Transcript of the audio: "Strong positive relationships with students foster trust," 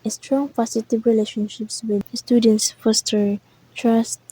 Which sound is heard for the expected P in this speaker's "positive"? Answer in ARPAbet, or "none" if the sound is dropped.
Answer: F